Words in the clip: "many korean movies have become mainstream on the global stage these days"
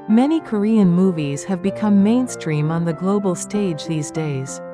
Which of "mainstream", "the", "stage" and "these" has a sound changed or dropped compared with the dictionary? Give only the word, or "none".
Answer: none